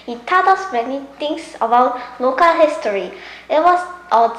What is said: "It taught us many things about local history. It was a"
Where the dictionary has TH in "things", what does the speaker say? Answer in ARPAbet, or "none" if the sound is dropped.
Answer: T